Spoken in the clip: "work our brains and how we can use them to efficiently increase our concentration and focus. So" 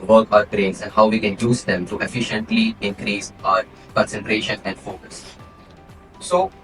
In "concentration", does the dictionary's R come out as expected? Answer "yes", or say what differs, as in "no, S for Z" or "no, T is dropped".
yes